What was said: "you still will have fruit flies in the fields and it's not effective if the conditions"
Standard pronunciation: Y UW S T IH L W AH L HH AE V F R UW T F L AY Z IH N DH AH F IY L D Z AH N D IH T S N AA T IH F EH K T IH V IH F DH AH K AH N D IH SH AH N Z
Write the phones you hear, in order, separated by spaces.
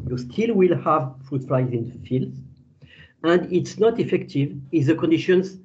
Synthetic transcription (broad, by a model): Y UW S T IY L W AH L HH AE V F R UW T F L AY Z IH N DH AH F IY L D Z AH N D IH T S N AA T IH F EH K T IH V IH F DH AH K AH N D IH SH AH N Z